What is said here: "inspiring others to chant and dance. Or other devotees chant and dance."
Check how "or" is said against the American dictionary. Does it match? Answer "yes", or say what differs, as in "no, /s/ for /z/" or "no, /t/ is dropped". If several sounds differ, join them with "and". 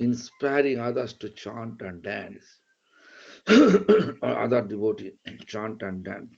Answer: yes